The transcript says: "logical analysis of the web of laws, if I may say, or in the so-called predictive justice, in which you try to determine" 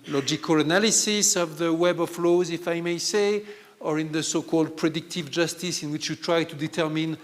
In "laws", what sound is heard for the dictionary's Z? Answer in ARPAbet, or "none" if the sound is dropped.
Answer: Z